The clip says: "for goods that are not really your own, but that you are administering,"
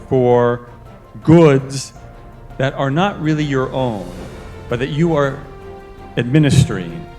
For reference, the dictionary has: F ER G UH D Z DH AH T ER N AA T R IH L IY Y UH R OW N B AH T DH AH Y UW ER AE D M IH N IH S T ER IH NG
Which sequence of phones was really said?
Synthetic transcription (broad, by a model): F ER G UH D Z DH AH T ER N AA T R IH L IY Y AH R OW N B AH T DH AH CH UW ER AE D M IH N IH S T ER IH NG